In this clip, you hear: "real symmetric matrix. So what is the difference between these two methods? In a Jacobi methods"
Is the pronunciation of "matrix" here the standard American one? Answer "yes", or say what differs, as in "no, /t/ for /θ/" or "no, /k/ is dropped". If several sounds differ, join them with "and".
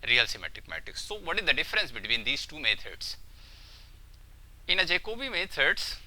no, /ɹ/ is dropped